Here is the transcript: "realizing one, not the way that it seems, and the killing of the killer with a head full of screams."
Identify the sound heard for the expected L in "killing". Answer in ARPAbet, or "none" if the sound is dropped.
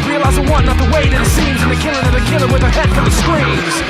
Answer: N